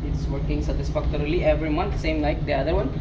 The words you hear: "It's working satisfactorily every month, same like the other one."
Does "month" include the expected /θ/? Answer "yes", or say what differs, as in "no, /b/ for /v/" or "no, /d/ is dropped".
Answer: no, /t/ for /θ/